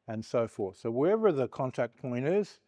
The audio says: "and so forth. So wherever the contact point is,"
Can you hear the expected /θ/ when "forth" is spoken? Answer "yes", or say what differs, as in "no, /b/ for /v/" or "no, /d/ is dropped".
yes